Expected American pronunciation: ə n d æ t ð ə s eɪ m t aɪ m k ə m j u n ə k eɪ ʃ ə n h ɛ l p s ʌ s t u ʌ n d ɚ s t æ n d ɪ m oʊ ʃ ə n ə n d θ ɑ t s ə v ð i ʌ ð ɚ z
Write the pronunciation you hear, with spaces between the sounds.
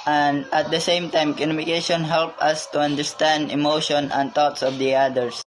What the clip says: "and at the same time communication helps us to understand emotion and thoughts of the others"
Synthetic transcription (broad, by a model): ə n d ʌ t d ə s eɪ m t aɪ m k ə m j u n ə k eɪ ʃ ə n h ɛ l p ʌ s t u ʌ n d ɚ s t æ n d ɪ m oʊ ʃ ə n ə n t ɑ t s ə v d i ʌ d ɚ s